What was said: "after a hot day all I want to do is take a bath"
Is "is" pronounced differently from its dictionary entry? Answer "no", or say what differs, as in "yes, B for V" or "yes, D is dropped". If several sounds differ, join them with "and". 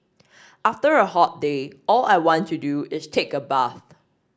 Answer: yes, S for Z